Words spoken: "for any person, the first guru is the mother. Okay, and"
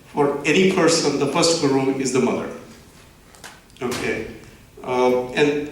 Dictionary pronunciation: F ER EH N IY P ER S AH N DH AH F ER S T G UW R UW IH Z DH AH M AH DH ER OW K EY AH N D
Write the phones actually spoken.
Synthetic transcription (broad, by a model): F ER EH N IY P ER S AH N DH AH P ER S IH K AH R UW IH Z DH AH M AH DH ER OW K EY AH N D